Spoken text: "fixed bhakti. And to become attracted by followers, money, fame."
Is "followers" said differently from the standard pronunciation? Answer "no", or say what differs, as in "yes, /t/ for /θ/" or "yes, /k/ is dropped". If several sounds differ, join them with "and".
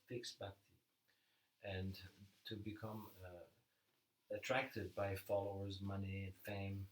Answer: no